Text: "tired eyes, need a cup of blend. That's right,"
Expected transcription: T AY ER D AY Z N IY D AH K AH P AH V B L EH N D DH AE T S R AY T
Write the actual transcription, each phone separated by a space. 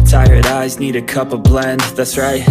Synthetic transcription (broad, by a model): T AY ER D AY Z N IY D AH K AH P AH V B L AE N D DH AE T S R AY T